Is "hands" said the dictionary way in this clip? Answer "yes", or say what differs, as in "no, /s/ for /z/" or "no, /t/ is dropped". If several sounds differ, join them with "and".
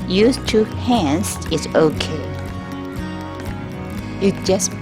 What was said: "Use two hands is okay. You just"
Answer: no, /s/ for /z/